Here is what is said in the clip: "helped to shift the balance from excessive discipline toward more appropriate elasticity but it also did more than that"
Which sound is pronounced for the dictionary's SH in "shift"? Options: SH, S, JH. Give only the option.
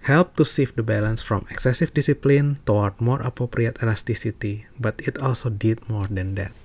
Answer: S